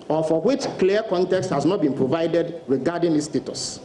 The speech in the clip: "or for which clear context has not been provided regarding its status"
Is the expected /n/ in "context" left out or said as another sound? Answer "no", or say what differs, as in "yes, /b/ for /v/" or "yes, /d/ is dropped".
no